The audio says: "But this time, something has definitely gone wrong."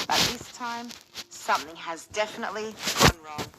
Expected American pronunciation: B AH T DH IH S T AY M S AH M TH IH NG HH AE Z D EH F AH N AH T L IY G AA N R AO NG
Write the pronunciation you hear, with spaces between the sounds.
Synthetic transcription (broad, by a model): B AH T DH IH S T AY M S AH M TH IH NG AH Z D EH F AH N AH T L IY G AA N R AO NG